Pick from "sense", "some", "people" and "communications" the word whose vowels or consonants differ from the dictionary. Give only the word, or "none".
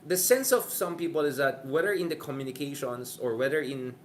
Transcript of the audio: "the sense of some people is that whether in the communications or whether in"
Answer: communications